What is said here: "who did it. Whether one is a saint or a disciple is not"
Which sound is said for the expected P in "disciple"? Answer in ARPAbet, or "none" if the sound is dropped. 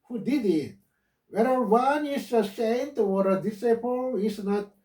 P